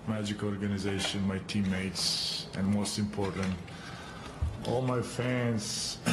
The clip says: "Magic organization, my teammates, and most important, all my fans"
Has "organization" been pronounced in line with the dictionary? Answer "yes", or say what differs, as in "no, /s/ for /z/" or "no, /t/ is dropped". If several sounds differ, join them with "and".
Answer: yes